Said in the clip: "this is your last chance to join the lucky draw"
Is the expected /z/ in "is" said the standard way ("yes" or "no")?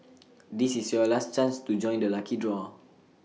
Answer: no